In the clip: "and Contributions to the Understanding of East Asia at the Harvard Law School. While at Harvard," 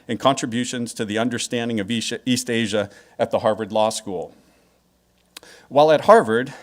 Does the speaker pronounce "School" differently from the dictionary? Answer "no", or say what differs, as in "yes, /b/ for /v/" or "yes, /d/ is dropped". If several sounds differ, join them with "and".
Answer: no